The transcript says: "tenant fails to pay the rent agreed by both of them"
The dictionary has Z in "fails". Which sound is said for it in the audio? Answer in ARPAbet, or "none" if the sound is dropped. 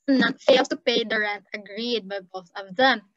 none